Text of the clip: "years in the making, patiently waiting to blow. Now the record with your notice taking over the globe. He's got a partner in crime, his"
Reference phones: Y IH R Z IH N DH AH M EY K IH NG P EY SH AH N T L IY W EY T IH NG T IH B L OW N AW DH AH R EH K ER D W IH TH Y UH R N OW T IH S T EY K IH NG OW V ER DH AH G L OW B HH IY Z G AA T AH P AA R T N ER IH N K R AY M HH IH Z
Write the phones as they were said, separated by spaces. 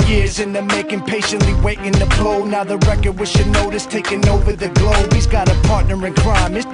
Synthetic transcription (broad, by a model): Y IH R Z IH N DH AH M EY K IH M P EY SH AH N T L IY W EY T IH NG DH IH B L OW N AW DH AH R EH K ER D W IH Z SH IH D N OW T IH S T EY K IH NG OW V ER DH AH G L OW B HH IY Z G AA T AH P AA R T N ER IH N K R AY M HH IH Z